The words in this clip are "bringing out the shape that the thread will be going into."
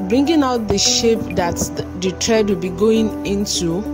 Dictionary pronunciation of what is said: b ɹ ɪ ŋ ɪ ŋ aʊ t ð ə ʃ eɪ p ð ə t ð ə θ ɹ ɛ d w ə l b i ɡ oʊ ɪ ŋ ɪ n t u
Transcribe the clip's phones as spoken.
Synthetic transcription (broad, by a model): b ɹ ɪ ŋ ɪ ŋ aʊ t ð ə ʃ eɪ p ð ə t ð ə t ɹ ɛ d w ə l b i ɡ oʊ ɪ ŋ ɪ n t u